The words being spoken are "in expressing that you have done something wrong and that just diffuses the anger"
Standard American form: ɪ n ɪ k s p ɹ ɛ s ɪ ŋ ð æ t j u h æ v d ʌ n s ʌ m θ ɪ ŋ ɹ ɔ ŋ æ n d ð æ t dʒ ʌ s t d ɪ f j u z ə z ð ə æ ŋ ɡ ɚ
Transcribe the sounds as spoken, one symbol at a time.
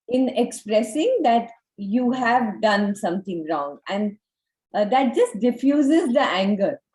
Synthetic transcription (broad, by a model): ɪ n ɪ k s p ɹ ɛ s ɪ ŋ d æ t j u h æ v d ʌ n s ʌ m t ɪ ŋ ɹ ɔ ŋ æ n d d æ t dʒ ʌ s t d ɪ f j u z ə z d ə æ ŋ ɡ ɚ